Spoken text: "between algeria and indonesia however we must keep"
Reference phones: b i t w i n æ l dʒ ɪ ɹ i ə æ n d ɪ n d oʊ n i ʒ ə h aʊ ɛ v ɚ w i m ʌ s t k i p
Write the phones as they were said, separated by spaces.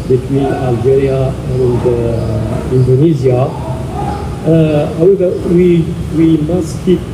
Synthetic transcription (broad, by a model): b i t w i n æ l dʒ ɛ ɹ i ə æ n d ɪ n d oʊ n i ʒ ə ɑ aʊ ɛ w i w i m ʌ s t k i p